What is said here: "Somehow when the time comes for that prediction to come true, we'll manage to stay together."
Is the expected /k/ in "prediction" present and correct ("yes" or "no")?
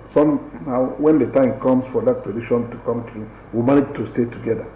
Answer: no